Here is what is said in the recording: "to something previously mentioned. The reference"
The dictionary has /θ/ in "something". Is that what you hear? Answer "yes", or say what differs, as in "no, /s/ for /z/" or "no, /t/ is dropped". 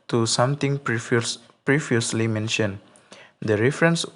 no, /t/ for /θ/